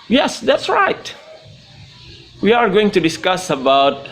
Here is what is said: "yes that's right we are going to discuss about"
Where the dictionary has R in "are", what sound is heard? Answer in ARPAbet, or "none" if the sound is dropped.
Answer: R